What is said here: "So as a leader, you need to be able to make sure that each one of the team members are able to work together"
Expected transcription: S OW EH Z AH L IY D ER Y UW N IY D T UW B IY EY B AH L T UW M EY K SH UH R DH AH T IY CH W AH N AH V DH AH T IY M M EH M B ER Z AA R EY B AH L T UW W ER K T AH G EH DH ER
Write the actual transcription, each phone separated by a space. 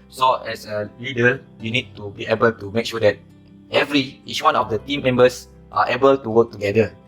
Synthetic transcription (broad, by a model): S OW EH S AH L IY D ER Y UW N IY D T UW B IY EY B AH L T UW M EY K SH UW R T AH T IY S W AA N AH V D AH T IY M M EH M B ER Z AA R EY B AH L T UW W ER K T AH G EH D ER